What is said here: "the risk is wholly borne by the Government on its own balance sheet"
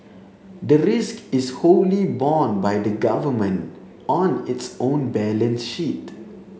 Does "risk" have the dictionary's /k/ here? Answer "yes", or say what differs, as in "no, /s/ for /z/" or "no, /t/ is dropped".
yes